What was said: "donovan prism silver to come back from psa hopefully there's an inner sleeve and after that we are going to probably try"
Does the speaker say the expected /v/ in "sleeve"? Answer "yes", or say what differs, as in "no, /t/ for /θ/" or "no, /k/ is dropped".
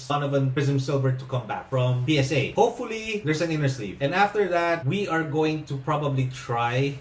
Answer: no, /p/ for /v/